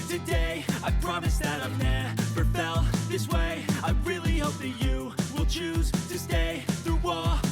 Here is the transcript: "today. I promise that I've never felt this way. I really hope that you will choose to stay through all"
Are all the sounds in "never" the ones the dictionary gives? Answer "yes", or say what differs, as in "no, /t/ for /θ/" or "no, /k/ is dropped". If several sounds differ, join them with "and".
no, /p/ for /v/